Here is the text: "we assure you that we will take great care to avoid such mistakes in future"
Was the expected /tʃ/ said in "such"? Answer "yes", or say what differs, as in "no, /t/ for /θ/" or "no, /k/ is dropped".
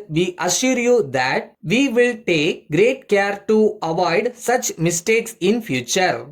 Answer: yes